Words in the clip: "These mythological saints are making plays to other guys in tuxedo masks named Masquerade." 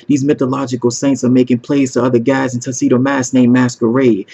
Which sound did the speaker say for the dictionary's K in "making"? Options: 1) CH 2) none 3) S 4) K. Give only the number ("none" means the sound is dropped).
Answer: 4